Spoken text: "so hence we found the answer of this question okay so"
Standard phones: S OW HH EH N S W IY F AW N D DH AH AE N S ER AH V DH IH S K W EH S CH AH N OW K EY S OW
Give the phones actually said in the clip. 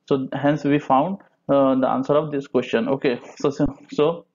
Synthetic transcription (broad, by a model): S OW HH EH N S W IY F AW N D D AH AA N S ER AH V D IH S K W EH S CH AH N OW K EY S OW